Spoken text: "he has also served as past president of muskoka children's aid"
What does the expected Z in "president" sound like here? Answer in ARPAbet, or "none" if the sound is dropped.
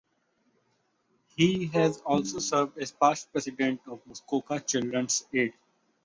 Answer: S